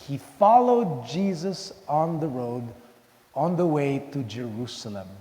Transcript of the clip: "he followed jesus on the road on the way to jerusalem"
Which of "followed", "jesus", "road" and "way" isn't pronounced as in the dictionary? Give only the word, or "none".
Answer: none